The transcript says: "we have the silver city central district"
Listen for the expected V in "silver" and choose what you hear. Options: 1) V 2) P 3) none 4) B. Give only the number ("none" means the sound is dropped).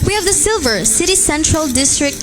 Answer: 1